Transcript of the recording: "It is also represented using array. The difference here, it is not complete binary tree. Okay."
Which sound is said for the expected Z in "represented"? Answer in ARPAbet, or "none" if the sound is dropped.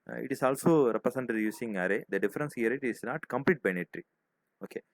S